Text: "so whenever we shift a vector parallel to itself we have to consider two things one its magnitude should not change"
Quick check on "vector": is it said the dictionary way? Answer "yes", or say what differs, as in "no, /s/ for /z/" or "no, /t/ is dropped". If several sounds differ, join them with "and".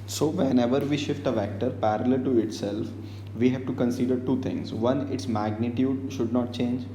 yes